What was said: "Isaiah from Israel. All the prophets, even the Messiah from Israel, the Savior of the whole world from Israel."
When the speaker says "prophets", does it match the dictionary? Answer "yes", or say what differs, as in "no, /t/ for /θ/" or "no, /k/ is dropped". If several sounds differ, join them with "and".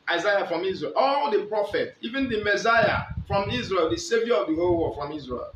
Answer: no, /s/ is dropped